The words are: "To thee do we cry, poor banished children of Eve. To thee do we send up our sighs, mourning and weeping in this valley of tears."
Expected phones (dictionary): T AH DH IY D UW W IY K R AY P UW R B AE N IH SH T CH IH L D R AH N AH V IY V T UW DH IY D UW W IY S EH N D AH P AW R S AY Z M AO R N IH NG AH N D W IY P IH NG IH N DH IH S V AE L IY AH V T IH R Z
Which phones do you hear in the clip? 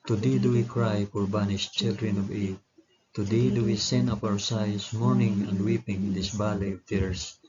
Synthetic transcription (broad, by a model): T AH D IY D UW W IY K R AY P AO R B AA N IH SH CH IH L D R AH N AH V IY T T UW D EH D UW W IY S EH N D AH P AW R S AY S M AO R N IH NG AH N D W IY P IH NG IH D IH S B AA L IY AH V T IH R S